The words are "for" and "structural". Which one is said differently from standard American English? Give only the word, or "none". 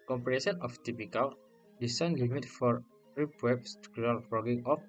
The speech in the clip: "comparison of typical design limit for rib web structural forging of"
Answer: structural